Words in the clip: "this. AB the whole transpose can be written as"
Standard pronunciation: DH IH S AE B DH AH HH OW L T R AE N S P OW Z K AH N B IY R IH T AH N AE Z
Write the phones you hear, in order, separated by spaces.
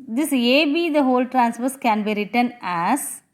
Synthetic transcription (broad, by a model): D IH S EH B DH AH HH OW L T R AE N S F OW S K AH N B IY R IH T AH N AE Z